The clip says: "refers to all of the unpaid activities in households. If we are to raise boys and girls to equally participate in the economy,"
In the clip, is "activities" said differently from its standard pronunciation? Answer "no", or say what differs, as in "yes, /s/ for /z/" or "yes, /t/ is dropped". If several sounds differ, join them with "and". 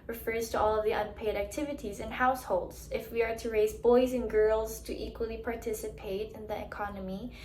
no